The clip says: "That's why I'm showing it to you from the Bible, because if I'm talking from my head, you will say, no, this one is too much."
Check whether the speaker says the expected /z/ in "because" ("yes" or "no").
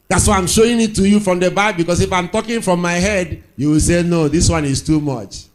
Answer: no